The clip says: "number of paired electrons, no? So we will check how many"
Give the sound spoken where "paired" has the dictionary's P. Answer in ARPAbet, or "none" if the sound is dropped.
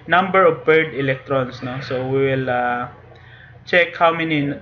B